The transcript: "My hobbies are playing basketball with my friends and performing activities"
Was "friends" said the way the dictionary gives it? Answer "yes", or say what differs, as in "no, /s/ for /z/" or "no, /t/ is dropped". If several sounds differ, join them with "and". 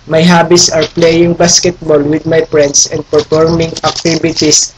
no, /s/ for /z/